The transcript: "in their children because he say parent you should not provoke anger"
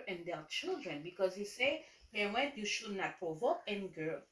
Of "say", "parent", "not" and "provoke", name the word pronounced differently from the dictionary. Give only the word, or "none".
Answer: parent